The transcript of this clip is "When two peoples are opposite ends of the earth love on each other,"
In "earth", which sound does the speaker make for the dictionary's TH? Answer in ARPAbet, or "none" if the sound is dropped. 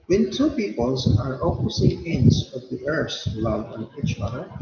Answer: S